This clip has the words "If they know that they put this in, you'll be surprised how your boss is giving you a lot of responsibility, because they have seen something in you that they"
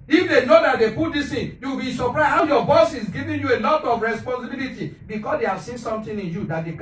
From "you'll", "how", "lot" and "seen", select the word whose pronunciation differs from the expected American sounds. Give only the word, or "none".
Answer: you'll